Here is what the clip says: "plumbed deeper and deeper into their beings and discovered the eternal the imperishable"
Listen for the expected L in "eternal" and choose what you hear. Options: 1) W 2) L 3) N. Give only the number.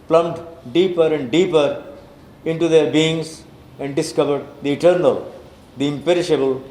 2